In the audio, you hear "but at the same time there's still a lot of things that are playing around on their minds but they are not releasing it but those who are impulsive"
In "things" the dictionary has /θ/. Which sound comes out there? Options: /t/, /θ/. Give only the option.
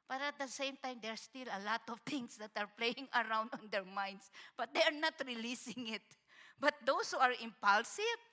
/t/